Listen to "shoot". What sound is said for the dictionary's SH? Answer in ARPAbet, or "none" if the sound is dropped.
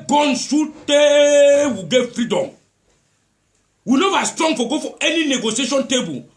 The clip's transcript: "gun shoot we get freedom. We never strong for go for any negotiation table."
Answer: S